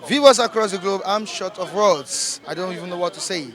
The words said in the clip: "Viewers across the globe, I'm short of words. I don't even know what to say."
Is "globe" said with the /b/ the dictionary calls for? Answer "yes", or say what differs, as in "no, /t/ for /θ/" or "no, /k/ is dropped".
yes